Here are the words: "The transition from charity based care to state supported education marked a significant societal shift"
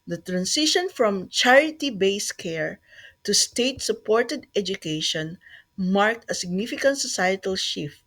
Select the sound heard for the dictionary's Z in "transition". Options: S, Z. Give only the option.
S